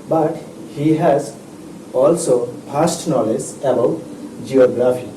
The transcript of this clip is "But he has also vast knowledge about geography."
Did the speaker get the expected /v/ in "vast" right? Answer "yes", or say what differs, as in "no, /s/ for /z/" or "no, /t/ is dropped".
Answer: no, /p/ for /v/